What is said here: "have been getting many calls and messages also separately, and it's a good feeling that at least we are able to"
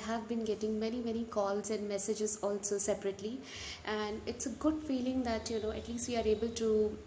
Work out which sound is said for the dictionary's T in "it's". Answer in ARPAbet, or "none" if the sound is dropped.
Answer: T